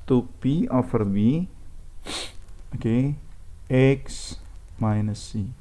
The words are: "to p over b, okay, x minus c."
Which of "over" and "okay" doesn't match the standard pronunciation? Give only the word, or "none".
over